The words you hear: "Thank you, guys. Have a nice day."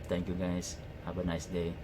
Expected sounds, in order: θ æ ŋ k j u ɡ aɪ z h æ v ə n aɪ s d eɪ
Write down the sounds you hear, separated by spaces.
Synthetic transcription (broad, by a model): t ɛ ŋ k j u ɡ aɪ s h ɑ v ə n aɪ s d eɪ